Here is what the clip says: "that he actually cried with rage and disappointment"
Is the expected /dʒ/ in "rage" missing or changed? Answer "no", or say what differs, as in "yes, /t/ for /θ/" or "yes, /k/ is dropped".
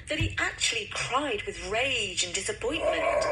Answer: no